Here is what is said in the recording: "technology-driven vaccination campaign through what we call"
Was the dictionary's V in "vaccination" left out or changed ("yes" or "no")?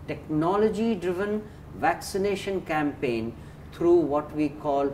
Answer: no